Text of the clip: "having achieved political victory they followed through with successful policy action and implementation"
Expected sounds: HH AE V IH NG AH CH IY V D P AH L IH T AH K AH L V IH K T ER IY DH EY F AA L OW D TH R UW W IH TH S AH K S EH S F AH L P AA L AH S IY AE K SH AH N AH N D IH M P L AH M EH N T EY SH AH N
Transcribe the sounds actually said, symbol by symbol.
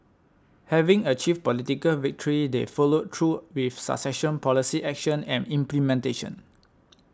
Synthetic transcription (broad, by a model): HH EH V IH NG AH CH IY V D P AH L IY T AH K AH L V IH K T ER IY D EY F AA L OW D T R UW W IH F S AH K S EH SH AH N P AA L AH S IY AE K SH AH N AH N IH M P L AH M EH N T EY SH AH N